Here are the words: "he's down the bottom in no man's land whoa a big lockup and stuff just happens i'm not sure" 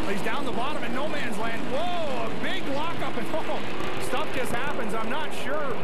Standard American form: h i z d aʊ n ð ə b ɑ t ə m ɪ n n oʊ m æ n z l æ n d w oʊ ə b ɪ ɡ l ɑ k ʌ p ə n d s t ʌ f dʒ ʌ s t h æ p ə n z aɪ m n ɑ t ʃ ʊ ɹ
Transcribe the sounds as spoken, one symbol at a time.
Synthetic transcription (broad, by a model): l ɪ z d aʊ n ð ə b ɑ t ə m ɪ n n oʊ m æ n z l æ n d w oʊ ə b ɪ ɡ l ɑ k ʌ p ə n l s t ʌ f dʒ ʌ s t h æ p ə n z aɪ m n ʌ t ʃ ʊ ɹ